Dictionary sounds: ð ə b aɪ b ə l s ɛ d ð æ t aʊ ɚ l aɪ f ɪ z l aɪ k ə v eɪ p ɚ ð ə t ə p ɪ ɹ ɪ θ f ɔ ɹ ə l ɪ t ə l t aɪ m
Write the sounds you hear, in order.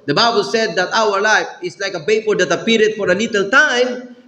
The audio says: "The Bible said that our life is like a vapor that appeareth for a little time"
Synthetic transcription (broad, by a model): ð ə b aɪ b ə l s ɛ d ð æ t aʊ ɚ l aɪ f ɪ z l aɪ k ə b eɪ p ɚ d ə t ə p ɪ ɹ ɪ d f ɔ ɹ ə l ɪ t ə l t aɪ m